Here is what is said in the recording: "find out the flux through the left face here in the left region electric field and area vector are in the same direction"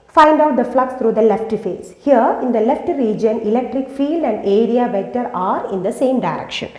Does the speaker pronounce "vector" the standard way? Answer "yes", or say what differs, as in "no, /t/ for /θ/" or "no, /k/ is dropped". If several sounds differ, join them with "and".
no, /k/ is dropped